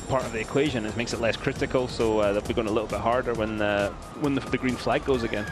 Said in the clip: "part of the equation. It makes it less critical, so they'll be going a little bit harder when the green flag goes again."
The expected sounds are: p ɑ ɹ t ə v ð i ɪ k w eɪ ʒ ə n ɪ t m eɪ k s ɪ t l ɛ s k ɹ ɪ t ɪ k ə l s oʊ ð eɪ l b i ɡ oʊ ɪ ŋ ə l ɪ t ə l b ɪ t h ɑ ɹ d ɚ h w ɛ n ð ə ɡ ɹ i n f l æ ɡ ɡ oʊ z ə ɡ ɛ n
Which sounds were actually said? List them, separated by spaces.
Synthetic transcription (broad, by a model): p ɑ ɹ t ə v ð i ɪ k w eɪ ʒ ə n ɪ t m eɪ k s ɪ t l ɛ s k ɹ ɪ t ɪ k ə l s oʊ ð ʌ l b i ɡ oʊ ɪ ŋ ə l ɪ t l b ɪ t h ɑ ɹ d ɚ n w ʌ n ð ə ɡ ɹ i n f l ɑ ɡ ɡ oʊ z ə ɡ ɛ n